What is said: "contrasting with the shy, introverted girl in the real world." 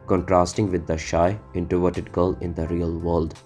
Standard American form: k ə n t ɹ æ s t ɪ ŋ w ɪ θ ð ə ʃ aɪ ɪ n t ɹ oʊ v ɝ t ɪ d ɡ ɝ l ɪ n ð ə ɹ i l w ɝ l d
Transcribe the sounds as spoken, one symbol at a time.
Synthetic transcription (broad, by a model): k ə n t ɹ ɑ s t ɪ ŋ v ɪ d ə ʃ aɪ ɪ n t oʊ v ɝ t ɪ d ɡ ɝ l ɪ n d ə ɹ i l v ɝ l d